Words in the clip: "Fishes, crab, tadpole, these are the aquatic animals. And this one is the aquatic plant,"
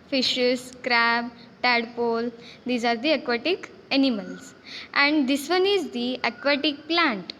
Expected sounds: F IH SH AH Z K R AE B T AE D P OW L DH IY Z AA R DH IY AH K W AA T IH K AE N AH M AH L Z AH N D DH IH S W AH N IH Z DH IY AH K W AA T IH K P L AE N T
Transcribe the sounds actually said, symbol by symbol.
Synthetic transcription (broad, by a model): F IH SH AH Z K R AE B T AE D P OW L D IY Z AA R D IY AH K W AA T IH K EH N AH M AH L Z AH N D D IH S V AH N IH Z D IY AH K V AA T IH K P L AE N T